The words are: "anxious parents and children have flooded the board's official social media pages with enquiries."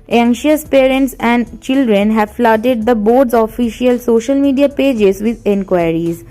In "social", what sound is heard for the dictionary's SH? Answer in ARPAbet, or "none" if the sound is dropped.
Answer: SH